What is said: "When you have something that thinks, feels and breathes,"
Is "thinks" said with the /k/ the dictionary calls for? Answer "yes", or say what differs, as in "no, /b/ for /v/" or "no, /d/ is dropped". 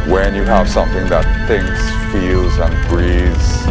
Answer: no, /k/ is dropped